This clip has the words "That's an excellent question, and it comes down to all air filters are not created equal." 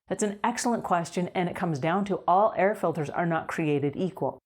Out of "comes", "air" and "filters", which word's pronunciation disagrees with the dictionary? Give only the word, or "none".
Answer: none